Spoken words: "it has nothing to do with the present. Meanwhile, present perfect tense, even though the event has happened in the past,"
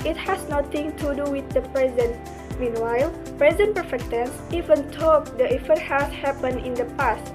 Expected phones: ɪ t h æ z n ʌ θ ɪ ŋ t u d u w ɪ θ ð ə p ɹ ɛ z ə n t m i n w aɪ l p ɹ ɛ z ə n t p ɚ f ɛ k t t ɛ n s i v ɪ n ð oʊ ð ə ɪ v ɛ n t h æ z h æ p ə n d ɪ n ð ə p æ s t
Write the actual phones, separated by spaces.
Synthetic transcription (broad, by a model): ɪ t h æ s n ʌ t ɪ ŋ t u d u w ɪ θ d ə p ɹ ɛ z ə n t m i n w aɪ l p ɹ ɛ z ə n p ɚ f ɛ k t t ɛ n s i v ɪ n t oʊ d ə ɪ f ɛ t h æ s h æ p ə n ɪ n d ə p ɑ s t